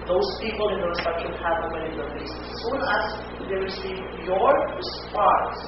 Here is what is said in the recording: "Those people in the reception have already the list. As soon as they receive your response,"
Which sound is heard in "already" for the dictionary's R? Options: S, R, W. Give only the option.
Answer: W